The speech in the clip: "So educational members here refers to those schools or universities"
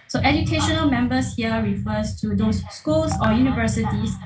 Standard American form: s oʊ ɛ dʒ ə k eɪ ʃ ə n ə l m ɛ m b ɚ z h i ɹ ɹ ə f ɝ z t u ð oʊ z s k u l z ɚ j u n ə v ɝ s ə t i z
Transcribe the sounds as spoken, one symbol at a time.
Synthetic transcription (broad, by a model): s oʊ ɛ dʒ ə k eɪ ʃ ə n ə l m ɛ m b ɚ s h i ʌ ɹ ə f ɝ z t u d oʊ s k u l s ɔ j u n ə v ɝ s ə t i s